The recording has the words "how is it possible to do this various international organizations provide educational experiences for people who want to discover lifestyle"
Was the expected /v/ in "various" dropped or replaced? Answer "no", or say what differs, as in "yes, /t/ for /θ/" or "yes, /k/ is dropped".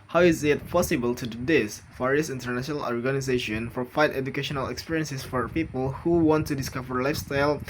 yes, /f/ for /v/